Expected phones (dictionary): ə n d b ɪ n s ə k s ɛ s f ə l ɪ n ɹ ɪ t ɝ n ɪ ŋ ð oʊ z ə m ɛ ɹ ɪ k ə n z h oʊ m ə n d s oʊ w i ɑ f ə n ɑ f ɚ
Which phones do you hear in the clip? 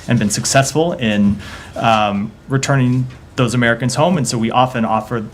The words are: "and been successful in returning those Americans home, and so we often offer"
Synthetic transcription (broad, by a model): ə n b ɪ n s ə k s ɛ s f l ɪ n ɹ ɪ t ɝ n ɪ ŋ ð oʊ z ə m ɛ ɹ ɪ k ə n z h oʊ m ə n s oʊ w i ɑ f ə n ɑ f ɚ